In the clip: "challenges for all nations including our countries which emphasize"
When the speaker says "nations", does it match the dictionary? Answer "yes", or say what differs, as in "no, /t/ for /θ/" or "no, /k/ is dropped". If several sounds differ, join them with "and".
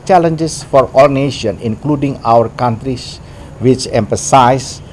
no, /z/ is dropped